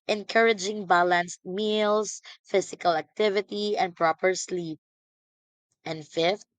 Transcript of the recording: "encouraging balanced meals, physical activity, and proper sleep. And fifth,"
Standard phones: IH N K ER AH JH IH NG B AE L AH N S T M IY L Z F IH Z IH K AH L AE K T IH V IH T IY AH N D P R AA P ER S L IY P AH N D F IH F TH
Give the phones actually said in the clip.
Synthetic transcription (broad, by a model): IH N K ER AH JH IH NG B AE L AH N S T M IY L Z F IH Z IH K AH L AE K T IH V IH T IY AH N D P R AA P ER S L IY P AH N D F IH F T